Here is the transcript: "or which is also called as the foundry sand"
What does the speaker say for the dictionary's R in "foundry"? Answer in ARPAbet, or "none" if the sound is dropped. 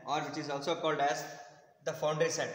none